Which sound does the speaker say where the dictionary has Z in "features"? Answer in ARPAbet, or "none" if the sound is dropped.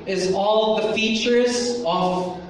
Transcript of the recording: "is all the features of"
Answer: Z